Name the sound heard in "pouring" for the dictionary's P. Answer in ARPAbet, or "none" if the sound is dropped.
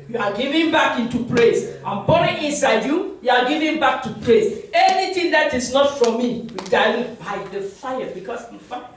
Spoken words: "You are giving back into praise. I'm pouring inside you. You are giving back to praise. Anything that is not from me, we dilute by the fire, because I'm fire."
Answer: B